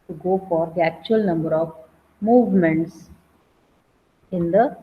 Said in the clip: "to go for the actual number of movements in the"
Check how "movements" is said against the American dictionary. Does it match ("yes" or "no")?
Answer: yes